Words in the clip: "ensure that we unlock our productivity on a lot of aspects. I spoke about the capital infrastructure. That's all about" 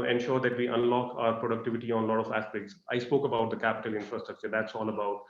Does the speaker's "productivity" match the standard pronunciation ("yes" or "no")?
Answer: yes